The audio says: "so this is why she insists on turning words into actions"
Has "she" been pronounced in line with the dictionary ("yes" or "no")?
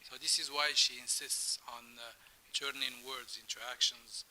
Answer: yes